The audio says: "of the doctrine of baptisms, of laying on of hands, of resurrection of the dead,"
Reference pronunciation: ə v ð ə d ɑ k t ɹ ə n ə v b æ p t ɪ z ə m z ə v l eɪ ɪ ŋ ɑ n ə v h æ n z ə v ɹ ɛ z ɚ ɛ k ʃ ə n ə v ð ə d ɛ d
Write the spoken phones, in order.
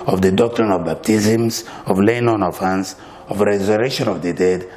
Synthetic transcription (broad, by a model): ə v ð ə d ɑ k t ɹ ə n ə v b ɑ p t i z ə m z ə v l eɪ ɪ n ɑ n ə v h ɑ n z ə v ɹ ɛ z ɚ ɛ ʃ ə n ə v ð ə d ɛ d